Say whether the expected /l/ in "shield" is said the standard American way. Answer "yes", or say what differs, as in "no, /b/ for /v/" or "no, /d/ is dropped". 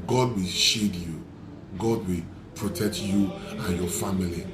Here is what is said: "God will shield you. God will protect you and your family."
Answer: no, /l/ is dropped